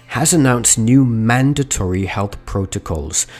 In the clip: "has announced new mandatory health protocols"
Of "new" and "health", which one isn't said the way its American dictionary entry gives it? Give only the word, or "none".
none